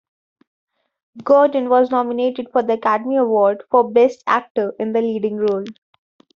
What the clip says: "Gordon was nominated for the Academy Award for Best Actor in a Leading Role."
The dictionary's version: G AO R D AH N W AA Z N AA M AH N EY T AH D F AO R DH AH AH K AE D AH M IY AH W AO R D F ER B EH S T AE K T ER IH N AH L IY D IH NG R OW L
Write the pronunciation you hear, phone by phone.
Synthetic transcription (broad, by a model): G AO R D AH N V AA Z N AA M AH N EY T AH D F AO R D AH AH K AE D AH M IY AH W AO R D F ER B EH S T AE K T ER IH N AH L IY D IH NG R OW L